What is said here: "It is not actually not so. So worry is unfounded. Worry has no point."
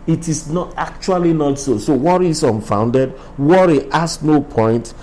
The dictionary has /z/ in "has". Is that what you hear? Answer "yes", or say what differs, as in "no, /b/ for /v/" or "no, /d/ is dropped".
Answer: no, /s/ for /z/